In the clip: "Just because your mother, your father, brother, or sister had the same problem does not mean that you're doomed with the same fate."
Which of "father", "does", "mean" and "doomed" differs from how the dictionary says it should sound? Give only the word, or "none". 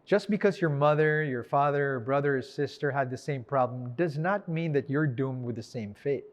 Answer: none